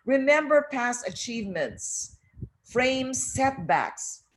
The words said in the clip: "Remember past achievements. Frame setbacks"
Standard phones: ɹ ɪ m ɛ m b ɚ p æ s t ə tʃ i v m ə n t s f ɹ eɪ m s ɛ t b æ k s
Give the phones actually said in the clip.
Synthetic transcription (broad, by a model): ɹ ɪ m ɛ m b ɚ p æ s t ə tʃ i v m ə n t s f ɹ eɪ m s ɛ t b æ k s